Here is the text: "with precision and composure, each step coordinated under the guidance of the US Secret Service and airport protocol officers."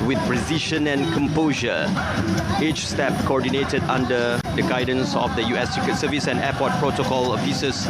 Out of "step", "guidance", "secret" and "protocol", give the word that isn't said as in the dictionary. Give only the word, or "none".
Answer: secret